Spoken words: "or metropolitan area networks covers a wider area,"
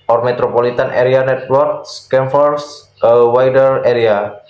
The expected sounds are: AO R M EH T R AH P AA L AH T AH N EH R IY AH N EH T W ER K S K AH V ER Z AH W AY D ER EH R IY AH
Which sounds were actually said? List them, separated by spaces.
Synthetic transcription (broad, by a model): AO R M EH T R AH P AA L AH T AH N EH R IY AH N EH T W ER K S K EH F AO S AH W AY D ER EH R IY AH